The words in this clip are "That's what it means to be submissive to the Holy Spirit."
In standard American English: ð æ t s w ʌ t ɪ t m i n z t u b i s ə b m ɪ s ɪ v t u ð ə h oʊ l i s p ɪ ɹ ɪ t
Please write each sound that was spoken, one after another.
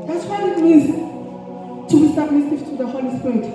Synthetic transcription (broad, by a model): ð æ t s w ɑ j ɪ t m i z t u b i s ə b m ɪ s ɪ v t u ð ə h oʊ l i s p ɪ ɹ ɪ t